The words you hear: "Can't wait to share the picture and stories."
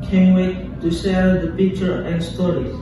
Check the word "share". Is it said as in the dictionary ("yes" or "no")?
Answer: no